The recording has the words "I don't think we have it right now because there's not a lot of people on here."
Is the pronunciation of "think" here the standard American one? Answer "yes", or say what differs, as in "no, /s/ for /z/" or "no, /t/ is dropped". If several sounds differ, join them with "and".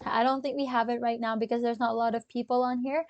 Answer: yes